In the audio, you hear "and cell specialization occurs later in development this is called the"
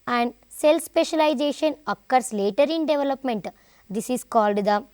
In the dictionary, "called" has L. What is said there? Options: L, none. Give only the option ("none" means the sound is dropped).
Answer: L